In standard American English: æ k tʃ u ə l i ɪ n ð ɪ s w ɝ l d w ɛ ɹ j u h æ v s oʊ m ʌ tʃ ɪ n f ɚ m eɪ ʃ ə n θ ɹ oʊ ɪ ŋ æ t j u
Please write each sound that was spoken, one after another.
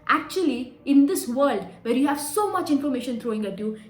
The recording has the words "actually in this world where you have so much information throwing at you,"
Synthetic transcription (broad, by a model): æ k tʃ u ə l i ɪ n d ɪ s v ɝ l d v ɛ ɹ j u h æ v s oʊ m ʌ tʃ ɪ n f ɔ m eɪ ʃ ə n t ɹ oʊ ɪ ŋ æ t j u